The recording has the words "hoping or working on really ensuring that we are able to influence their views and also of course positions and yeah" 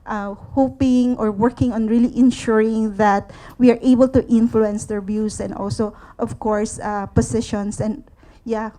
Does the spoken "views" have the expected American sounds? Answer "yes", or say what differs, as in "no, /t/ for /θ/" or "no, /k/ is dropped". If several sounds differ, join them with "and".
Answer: no, /s/ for /z/